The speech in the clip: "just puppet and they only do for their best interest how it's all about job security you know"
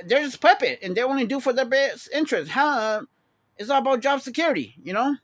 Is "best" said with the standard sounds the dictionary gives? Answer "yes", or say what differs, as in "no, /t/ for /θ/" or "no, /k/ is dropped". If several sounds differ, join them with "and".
no, /t/ is dropped